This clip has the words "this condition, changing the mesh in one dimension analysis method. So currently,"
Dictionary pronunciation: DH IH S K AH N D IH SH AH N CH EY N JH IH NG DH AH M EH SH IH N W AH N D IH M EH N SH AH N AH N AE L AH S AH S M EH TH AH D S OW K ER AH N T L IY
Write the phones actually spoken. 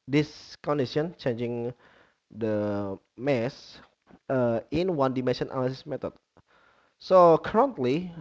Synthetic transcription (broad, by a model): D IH S K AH N D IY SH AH N CH EY N JH IH NG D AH M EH S IH N W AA N D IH M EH N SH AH N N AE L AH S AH S M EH T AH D S OW K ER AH N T L IY